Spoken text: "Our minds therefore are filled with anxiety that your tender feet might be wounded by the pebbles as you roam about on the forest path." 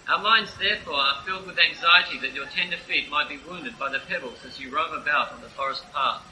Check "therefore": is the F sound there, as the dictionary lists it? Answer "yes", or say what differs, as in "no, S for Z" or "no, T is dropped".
yes